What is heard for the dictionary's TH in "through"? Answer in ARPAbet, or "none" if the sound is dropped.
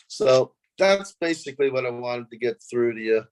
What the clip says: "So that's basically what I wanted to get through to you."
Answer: TH